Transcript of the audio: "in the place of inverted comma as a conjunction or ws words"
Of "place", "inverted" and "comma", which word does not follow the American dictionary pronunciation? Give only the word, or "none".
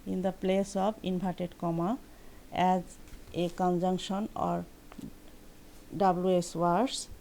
inverted